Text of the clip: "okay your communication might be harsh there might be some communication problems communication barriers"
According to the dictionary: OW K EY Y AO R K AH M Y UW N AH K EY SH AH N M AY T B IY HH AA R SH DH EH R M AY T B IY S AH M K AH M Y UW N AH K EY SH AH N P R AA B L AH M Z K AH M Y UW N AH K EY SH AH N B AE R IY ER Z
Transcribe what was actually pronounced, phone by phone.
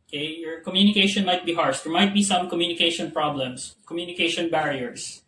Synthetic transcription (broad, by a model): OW K EY Y AO R K AH M Y UW N AH K EY SH AH N M AY T B IY HH AA R SH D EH R M AY T B IY S AH M K AH M Y UW N AH K EY SH AH N P R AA B L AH M S K AH M Y UW N AH K EY SH AH N B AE R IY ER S